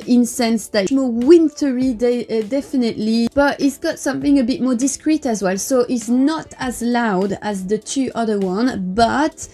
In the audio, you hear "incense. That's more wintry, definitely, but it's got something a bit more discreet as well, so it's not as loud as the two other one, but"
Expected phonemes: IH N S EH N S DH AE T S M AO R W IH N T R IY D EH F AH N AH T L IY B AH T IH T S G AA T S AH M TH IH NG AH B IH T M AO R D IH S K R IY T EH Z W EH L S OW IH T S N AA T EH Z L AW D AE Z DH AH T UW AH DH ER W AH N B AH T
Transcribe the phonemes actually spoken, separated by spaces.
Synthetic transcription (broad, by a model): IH N S EH N S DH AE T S M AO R W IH N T R IY D EH F AH N AH T L IY B AH T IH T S G AA T S AH M TH IH NG AH B IH T M AO R D IH S K R IY T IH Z W EH L S OW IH T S N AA T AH Z L AW D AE Z DH AH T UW AH DH ER W AH N B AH T